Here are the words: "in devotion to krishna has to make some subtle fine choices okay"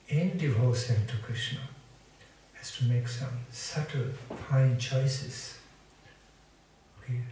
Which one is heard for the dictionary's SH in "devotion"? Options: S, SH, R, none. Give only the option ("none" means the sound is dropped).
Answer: S